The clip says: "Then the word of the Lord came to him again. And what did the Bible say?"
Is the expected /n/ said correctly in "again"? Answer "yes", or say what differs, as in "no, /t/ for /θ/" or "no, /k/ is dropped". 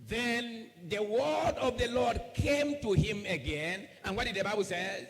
yes